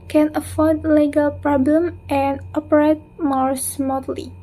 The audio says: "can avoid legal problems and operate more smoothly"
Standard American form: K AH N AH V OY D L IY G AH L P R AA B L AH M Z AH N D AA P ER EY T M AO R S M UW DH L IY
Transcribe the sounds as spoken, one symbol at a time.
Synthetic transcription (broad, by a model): K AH N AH F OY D L IY G AH L P R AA B L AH M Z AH N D AA P ER EY T M AO R S M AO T L IY